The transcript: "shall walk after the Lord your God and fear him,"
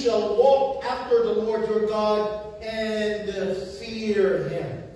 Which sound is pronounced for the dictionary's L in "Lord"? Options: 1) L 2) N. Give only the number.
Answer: 1